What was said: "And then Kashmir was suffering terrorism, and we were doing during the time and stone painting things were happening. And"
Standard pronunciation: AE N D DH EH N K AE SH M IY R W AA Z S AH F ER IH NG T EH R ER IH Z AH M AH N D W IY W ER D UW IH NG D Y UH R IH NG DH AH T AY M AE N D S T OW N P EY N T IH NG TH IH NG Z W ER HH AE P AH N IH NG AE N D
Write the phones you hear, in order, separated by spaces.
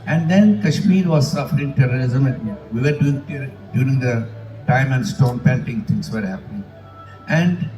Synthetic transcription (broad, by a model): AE N D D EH N K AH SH M IY R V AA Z S AH F ER IH NG T EH R ER IH Z AH M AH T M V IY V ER D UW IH NG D Y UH R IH NG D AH T AY M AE N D S T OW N P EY N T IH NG T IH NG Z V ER HH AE P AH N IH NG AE N D